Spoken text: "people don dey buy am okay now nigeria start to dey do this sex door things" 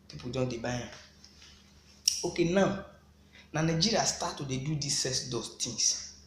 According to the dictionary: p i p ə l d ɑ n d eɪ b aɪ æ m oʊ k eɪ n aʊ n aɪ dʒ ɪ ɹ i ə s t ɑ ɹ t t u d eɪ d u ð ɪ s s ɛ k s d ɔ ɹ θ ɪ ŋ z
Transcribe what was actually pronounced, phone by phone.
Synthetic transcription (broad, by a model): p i p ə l d ɑ n d eɪ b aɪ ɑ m oʊ k eɪ n aʊ n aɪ dʒ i ɹ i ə s t ɑ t t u d eɪ d u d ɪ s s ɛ s d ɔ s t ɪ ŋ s